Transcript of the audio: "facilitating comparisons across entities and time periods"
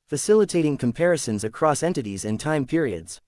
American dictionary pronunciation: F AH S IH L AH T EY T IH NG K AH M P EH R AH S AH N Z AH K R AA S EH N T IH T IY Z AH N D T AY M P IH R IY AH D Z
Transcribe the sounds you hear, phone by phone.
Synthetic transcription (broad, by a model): F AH S IH L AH T EY T IH NG K AH M P EH R AH S AH N Z AH K R AA S EH N T IH T IY Z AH N T AY M P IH R IY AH D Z